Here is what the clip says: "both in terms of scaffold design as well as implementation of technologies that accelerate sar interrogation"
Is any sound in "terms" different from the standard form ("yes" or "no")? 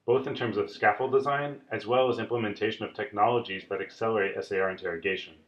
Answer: no